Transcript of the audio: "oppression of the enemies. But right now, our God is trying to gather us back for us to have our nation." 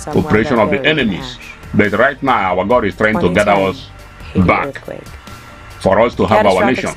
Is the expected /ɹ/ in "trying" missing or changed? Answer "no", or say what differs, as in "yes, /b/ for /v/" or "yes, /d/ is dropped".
no